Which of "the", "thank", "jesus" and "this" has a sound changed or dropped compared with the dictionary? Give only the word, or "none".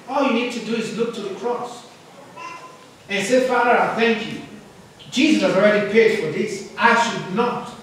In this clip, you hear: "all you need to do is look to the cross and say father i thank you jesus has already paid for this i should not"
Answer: none